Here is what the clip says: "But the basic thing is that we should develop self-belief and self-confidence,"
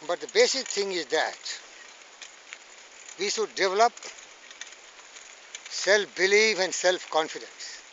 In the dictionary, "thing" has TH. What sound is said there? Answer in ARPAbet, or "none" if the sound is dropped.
T